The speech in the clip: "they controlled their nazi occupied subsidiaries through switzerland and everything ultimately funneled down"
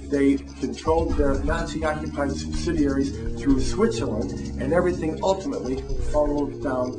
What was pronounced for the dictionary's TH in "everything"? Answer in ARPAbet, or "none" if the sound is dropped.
TH